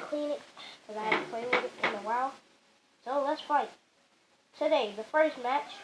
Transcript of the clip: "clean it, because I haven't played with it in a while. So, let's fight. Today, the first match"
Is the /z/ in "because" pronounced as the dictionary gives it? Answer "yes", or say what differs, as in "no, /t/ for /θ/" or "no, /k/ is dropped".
no, /z/ is dropped